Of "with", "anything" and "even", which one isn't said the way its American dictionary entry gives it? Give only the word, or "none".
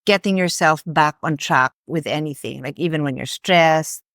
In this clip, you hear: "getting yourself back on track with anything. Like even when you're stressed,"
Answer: none